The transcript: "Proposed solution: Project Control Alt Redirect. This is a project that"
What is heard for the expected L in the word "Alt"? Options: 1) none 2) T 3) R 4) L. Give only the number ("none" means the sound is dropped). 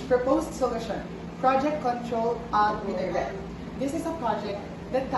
1